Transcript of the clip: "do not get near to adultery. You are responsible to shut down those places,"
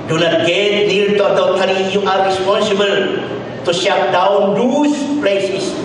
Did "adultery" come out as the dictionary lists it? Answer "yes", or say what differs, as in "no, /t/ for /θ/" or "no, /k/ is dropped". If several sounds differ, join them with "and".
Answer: no, /l/ is dropped